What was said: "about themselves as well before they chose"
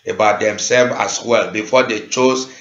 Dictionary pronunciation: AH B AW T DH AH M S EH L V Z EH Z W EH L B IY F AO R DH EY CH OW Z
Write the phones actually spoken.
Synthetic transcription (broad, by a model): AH B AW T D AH M S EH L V AA S W EH L B IY F AO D EY CH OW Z